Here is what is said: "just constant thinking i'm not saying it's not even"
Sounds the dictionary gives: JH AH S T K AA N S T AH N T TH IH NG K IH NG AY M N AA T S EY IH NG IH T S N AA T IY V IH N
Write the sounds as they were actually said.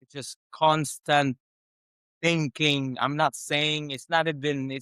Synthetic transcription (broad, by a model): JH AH S K AA N S T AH N TH IH NG K IH NG AY M N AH T S EY IH NG IH T S N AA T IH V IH N